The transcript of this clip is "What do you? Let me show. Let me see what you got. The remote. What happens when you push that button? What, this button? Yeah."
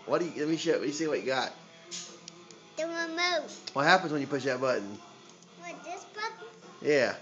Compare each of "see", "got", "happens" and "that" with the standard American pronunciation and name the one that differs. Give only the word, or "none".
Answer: none